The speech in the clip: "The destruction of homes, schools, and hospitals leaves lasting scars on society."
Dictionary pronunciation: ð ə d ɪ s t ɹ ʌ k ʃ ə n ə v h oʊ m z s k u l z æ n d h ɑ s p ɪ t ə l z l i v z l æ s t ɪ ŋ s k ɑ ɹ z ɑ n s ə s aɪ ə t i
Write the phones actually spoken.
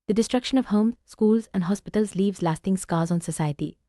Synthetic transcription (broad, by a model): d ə d ɪ s t ɹ ʌ k ʃ ə n ə v h oʊ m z s k u l z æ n d h ɑ s p ɪ t ə l z l i v z l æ s t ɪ ŋ s k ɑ l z ɑ n s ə s aɪ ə t i